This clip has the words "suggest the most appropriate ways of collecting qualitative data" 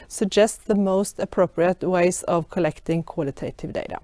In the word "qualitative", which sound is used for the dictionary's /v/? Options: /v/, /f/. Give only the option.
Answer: /v/